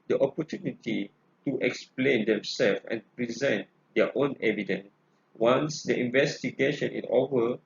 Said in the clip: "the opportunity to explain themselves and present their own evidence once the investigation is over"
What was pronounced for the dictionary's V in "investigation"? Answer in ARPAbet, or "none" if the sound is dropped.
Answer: V